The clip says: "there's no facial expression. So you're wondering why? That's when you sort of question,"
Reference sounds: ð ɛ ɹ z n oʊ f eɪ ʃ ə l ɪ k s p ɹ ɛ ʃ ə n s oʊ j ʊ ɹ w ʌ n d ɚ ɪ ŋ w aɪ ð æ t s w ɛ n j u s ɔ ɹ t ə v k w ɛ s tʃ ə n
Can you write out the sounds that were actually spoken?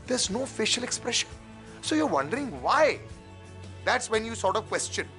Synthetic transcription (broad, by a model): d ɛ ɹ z n oʊ f eɪ ʃ ə l ɪ k s p ɹ ɛ ʃ ə n s oʊ j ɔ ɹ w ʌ n d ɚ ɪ ŋ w aɪ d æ t s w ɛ n j u s ɔ ɹ t ə v k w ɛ s tʃ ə n